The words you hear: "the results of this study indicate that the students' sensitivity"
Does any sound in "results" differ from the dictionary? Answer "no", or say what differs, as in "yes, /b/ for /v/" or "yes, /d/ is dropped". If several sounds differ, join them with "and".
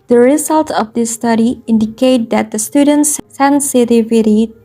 yes, /s/ is dropped